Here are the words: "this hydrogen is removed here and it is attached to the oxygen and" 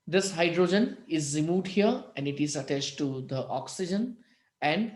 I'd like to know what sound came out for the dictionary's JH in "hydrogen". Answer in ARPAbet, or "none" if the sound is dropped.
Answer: JH